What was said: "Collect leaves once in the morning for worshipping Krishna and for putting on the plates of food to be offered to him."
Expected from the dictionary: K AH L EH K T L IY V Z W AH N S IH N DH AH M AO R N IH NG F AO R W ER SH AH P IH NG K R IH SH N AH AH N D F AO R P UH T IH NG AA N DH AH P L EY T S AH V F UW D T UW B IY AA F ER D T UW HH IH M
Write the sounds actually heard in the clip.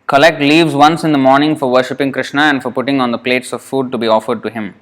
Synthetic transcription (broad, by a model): K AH L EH K T L IY V Z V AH N S IH N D AH M AO R N IH NG F AO R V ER SH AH P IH NG K R IH SH N AH AH N D F AO R P UH T IH NG AA N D AH P L EY T S AH V F UW D T UW B IY AA F ER D T UW HH IH M